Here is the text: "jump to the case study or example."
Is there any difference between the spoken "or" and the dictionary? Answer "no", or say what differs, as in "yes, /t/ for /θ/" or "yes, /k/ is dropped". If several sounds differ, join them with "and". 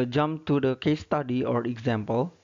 no